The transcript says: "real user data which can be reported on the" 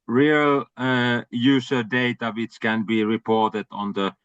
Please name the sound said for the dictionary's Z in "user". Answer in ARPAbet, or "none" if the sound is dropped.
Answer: S